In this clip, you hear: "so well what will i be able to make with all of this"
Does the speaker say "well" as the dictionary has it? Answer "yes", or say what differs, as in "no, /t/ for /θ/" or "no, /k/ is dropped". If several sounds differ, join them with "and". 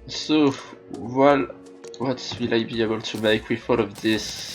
yes